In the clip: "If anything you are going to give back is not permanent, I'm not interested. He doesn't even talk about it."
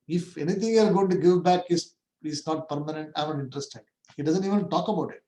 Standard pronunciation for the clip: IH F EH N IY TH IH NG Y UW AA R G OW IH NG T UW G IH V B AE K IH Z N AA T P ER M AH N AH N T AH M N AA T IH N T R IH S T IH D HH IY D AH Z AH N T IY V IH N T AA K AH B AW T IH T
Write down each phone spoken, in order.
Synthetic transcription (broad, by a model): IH F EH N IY T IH NG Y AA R G OW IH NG T UW G IH V B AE K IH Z N AA T P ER M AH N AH N T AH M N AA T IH N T R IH S T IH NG HH IY D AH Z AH N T IY V IH N T AA K AH B AW T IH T